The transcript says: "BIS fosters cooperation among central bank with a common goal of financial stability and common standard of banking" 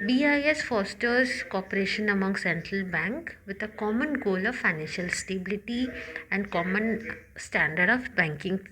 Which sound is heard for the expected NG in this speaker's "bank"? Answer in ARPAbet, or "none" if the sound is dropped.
NG